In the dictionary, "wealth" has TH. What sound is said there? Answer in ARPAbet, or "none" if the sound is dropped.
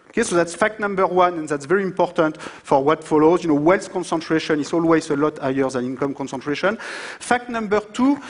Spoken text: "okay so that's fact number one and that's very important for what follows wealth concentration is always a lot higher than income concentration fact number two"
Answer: S